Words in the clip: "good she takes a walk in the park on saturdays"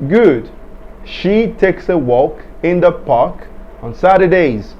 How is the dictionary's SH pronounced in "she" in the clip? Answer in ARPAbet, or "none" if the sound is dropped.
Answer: SH